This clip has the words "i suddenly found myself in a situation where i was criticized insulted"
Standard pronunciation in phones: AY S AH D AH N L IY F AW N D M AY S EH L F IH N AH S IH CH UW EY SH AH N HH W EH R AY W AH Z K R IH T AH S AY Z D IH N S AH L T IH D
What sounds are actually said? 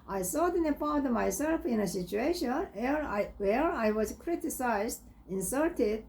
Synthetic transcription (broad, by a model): AY S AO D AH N IY P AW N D M AY S EH L F IH N AH S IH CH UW EY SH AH N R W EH R AY W AH Z K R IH T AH S AY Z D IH N S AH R T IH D